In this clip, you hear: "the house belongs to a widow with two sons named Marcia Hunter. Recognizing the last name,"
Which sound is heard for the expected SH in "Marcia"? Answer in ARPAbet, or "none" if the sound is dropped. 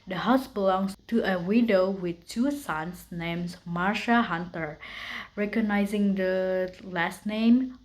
SH